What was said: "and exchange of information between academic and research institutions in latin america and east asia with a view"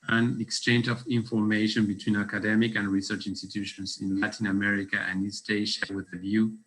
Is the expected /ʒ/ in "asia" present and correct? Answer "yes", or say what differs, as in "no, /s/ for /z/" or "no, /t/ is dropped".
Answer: no, /ʃ/ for /ʒ/